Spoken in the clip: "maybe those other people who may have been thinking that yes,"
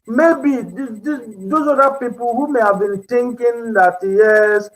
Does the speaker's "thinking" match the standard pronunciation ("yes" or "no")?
no